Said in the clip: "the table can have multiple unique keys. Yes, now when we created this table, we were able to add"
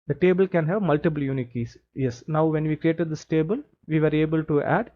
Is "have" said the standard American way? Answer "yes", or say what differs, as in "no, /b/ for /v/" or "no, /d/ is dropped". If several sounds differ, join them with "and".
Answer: yes